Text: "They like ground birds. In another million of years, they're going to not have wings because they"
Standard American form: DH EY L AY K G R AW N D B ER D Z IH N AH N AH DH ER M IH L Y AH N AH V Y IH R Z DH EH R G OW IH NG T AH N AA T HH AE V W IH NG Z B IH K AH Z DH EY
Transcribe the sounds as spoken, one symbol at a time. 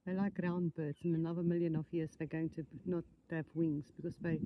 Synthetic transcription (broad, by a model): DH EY L AY K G R AW N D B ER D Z IH N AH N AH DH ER M IH L Y AH N AH V Y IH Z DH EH G OW IH NG T AH N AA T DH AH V W IH NG Z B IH K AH S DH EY